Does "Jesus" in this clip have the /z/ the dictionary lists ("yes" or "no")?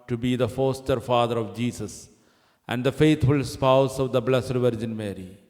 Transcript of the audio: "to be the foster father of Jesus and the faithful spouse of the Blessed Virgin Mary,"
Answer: no